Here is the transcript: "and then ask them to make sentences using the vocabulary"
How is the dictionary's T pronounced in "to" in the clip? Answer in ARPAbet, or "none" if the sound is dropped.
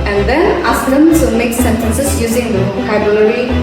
S